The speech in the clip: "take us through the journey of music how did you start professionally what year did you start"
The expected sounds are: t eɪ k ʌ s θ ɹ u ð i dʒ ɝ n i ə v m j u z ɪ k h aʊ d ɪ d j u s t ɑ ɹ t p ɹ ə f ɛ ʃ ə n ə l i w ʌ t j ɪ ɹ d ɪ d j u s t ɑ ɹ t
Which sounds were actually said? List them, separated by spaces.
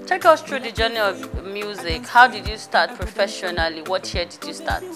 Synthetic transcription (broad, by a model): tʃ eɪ k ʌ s t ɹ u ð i dʒ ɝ n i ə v m j u z ɪ k h aʊ d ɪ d j u s t ɑ t p ɹ ə f ɛ ʃ ə n ə l i w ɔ t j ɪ d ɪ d j u s t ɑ t